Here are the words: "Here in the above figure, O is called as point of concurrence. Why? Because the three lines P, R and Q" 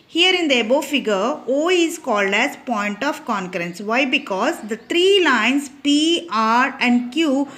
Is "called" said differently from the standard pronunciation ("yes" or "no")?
no